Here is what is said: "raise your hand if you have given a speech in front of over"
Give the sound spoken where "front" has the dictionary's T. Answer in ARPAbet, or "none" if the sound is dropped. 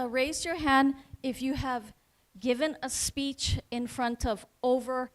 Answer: T